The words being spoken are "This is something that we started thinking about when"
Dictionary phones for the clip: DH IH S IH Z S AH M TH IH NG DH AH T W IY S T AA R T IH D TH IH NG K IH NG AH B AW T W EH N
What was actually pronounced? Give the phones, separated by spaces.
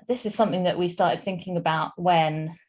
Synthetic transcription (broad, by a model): DH IH S IH Z S AH M TH IH NG DH AH T W IY S T AA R T IH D TH IH NG K IH NG AH B AW T W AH N